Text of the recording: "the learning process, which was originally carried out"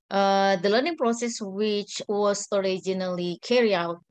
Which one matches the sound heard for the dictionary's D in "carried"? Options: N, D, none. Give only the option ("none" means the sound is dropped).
none